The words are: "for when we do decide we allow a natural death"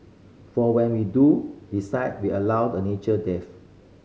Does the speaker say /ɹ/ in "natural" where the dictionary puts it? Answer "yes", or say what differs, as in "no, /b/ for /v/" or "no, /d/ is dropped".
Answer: no, /ɹ/ is dropped